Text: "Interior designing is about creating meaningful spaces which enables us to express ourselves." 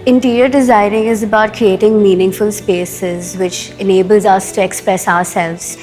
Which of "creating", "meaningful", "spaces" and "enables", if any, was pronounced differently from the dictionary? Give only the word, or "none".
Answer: none